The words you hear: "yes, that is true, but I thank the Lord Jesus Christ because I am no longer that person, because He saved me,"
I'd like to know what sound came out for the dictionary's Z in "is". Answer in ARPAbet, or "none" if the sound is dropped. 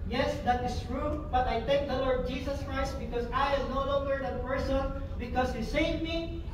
S